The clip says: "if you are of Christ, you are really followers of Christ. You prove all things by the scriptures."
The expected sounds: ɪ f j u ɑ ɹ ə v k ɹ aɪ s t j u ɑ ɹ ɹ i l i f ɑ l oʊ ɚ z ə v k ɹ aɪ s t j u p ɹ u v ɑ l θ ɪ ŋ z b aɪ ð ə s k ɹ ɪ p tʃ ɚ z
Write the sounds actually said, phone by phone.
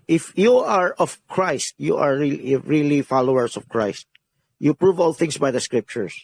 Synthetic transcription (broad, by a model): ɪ f j u ɑ ɹ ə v k ɹ aɪ s t j u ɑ ɹ ɹ i l i f ɑ l oʊ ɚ s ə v k ɹ aɪ s t j u p ɹ u v ɑ l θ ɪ ŋ s b aɪ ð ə s k ɹ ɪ p tʃ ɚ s